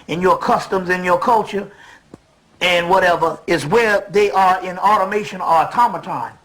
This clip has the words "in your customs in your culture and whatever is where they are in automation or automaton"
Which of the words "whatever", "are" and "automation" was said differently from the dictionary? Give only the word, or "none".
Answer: none